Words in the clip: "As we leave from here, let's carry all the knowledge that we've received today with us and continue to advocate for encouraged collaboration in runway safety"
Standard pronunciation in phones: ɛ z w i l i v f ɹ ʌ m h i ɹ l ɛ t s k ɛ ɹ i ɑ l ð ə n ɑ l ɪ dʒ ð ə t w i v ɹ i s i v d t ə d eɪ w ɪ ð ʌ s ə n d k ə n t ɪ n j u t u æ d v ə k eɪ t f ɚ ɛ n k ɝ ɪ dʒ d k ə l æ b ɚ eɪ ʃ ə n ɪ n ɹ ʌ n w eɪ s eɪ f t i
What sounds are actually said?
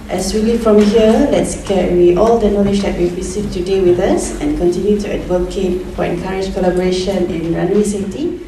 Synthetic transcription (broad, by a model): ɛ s w i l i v f ɹ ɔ m h i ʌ l ɛ t s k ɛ w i ɑ l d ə n ɑ l ɪ dʒ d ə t w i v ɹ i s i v t ə d eɪ w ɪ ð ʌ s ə n k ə n t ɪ n j u t u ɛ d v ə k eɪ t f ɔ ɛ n k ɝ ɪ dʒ k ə l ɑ b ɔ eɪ ʃ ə n ɪ n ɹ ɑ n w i s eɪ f t i